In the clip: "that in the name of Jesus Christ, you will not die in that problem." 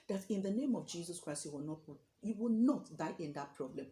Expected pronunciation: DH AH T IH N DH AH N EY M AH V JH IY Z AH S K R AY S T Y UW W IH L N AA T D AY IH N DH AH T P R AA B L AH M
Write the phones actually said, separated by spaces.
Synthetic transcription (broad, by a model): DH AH T IH N DH AH N EY M AH V JH IY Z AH S K R AY S T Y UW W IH W N AA T D AY IH N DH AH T P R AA B L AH M